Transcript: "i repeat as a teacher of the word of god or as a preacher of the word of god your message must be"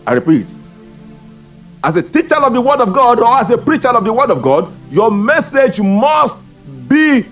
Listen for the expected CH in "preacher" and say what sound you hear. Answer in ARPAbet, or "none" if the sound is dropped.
CH